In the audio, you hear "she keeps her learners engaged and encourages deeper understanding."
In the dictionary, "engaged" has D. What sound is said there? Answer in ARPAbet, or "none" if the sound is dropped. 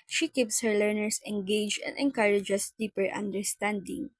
none